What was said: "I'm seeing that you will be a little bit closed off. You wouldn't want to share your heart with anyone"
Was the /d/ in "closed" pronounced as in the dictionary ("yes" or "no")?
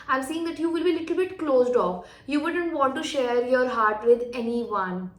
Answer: yes